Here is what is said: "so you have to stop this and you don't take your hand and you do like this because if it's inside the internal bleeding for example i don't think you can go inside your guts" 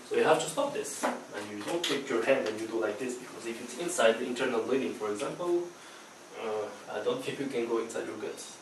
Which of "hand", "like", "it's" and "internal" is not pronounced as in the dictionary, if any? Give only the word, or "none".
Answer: none